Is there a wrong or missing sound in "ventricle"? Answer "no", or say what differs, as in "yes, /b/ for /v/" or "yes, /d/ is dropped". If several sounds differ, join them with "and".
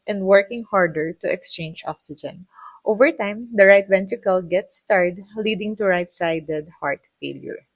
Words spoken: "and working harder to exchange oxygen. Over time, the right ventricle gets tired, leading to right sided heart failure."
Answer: no